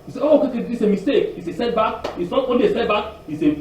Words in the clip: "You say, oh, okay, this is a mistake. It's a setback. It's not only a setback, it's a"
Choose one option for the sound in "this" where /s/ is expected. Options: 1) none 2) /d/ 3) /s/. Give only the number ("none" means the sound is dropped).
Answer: 1